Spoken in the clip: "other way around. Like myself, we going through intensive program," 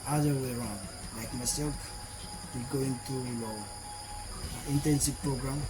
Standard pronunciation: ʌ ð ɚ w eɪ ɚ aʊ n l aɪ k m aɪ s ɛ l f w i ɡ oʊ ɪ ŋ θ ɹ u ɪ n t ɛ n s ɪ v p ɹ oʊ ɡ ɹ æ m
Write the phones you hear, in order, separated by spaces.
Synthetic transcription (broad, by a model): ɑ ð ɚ w eɪ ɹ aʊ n l aɪ k m aɪ s ɛ l f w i ɡ oʊ ɪ ŋ t ɹ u ɪ n t ɛ n s ɪ v p ɹ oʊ ɡ ɹ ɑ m